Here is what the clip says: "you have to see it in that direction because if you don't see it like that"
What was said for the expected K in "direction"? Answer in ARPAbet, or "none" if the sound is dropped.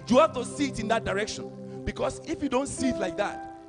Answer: K